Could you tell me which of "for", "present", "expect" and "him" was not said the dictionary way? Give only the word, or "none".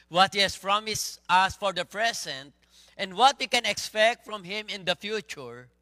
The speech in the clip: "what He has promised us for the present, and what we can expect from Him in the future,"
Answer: present